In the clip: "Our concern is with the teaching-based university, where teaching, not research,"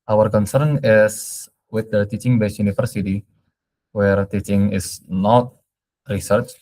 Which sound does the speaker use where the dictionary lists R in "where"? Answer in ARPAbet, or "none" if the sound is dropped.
R